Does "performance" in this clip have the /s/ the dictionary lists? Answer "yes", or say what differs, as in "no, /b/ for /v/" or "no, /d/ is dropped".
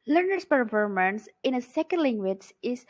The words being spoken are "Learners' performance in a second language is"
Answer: yes